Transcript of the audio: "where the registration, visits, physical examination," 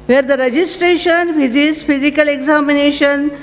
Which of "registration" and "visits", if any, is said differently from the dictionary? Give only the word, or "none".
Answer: visits